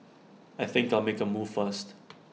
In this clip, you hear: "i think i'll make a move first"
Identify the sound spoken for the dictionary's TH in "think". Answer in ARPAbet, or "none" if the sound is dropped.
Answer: TH